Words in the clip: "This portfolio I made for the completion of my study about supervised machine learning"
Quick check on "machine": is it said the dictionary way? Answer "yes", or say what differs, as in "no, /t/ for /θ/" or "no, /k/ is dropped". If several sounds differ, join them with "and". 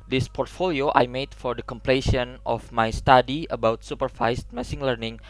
no, /s/ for /ʃ/